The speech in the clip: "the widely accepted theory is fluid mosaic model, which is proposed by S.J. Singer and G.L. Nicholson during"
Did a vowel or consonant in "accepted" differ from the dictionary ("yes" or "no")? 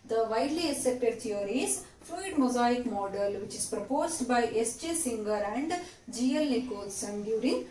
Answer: yes